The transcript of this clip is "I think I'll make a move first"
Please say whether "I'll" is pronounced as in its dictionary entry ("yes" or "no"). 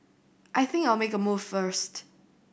yes